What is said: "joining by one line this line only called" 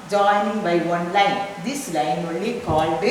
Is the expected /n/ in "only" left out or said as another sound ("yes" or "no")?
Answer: yes